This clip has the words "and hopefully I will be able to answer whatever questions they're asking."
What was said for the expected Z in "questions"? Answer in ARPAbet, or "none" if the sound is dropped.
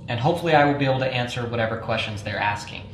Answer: Z